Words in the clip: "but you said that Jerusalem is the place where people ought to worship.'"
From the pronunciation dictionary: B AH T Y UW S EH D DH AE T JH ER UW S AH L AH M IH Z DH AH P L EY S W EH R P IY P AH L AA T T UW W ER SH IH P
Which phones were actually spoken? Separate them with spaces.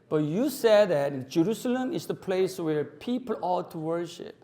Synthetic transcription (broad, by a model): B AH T Y UW S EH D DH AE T JH ER UW S AH L AH M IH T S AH P L EY S W EH R P IY P AH L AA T T UW W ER SH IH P